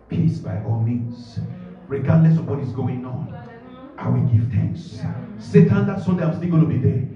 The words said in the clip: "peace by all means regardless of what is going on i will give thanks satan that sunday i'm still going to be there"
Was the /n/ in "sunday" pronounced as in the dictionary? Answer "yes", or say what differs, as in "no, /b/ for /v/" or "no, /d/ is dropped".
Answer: no, /n/ is dropped